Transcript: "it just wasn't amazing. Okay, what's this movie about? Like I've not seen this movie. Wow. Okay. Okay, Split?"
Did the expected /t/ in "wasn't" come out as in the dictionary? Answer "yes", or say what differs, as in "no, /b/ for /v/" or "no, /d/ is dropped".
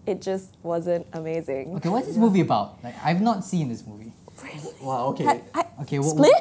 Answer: yes